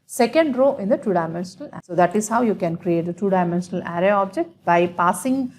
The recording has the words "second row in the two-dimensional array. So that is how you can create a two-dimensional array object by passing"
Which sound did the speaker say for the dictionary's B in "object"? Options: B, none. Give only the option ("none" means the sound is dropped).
B